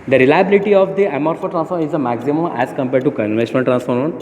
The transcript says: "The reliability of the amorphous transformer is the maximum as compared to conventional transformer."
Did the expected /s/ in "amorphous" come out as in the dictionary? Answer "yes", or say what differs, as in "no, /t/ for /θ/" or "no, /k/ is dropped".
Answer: no, /s/ is dropped